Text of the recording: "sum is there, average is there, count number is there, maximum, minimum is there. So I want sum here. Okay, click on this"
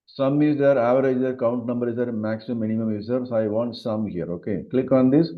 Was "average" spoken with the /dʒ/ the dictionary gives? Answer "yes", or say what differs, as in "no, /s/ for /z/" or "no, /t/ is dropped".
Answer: no, /dʒ/ is dropped